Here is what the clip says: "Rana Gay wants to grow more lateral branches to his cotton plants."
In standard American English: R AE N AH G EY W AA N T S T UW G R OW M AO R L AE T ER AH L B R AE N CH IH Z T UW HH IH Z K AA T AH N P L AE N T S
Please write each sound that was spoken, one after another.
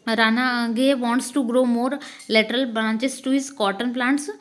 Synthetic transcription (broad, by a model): R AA N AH G EY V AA N T S T UW G R OW M AO R L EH T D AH L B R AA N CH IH S T UW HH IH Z K AA T AH N P L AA N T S